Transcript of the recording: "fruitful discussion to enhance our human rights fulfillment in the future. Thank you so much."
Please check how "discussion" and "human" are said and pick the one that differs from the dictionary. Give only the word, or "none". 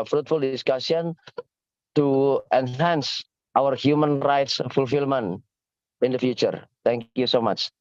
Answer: discussion